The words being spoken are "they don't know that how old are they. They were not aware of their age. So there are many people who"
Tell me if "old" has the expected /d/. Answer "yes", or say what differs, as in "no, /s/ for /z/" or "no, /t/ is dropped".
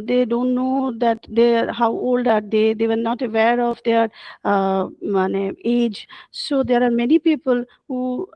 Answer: yes